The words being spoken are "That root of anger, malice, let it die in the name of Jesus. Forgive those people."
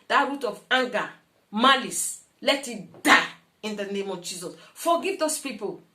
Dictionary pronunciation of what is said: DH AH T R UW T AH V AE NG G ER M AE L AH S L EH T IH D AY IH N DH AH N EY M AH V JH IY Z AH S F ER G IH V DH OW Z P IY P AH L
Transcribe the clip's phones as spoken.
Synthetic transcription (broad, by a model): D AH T R UW T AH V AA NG G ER M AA L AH S L EH T IH D AY IH N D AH N EY M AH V JH IY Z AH S F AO G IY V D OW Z P IY P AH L